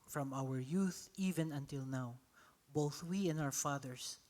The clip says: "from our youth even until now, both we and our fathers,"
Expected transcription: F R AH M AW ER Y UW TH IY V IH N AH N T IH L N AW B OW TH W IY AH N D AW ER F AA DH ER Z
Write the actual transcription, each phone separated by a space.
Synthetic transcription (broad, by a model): F R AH M AW ER Y UW TH IY V IH N AH N T IH L N AW B OW TH W IY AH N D AW ER F AA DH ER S